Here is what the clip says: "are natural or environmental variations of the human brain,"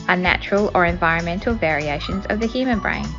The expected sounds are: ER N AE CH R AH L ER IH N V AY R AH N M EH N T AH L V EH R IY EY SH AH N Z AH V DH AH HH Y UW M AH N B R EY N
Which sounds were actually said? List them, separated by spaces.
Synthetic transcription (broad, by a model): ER N AE CH R AH L ER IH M V AY R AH N M EH N T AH L V EH R IY EY SH AH N Z AH V DH AH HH Y UW M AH N B R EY N